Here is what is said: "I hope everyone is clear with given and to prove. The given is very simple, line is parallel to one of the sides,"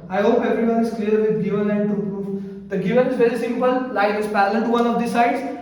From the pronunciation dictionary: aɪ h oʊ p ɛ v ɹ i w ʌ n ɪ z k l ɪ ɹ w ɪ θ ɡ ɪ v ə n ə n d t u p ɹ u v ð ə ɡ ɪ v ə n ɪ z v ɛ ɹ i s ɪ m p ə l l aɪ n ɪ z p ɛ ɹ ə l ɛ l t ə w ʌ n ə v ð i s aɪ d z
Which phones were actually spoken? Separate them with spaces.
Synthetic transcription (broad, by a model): aɪ h oʊ p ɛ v ɹ i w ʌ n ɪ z k l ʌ ɹ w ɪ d ɡ ɪ v ə n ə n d t u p ɹ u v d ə ɡ ɪ v ə n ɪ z v ɛ ɹ i s ɪ m p ə l l aɪ ɪ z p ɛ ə l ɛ n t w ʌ n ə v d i s aɪ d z